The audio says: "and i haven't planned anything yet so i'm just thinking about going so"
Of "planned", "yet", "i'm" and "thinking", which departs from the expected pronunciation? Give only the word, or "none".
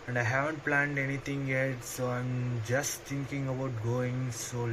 thinking